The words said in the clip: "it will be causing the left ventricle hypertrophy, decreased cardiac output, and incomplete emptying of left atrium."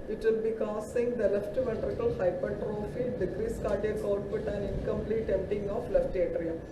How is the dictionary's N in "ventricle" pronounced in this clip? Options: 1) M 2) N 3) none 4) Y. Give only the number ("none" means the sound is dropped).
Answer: 3